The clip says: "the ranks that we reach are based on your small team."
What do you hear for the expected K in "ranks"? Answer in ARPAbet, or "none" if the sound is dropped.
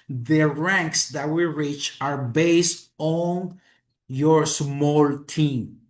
K